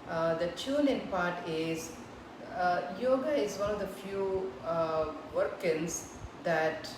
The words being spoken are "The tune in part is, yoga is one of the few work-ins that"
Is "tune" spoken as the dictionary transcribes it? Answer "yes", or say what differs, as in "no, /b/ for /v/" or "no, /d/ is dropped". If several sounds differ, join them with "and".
no, /l/ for /n/